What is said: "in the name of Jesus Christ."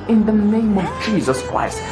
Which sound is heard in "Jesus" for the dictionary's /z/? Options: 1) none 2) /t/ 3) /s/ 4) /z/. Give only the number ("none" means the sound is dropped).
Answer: 4